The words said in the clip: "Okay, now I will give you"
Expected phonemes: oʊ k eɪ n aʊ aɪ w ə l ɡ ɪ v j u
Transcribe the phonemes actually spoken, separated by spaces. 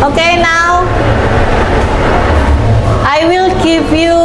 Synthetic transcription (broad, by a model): oʊ k eɪ n aʊ aɪ w ə l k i p j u